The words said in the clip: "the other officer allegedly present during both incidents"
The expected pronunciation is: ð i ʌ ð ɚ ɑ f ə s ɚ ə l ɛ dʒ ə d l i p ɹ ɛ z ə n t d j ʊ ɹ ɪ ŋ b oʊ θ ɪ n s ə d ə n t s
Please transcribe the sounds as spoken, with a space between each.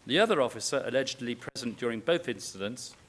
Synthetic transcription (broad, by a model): ð i ʌ ð ɚ ɑ f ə s ɚ ə l ɛ dʒ ə d l i p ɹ ɛ z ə n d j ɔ ɹ ɪ ŋ b oʊ θ ɪ n s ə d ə n t s